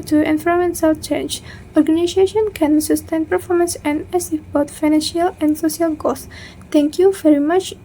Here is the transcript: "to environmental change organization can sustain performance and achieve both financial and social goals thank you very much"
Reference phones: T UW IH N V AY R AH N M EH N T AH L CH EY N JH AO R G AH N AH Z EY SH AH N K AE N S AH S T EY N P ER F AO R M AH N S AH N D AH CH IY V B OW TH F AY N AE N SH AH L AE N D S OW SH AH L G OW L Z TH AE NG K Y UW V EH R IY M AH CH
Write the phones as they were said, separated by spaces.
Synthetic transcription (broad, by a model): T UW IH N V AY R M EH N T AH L CH EY N JH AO R G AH N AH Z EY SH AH N K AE N S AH S T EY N P ER F AO R M AH N S AH N D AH S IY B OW T F AY N AE N SH AH L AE N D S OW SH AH L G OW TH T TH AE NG K Y UW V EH R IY M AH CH